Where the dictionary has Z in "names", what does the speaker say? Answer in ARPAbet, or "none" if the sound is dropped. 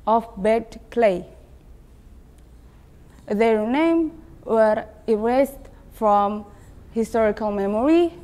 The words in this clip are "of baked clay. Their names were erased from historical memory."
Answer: none